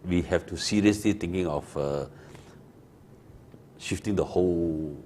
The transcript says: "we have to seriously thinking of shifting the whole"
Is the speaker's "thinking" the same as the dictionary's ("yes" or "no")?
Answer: no